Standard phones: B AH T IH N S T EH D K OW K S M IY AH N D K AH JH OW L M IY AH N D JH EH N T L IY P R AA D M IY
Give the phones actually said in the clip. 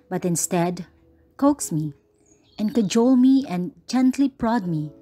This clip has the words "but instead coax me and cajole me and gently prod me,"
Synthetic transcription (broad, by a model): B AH T IH N S T EH D K OW K S M IY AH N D K AH JH OW L M IY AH N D JH EH N T L IY P R AA D M IY